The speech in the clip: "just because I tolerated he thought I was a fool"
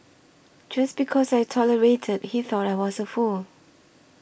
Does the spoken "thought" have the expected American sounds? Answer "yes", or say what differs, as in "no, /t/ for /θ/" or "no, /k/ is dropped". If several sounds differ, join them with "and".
yes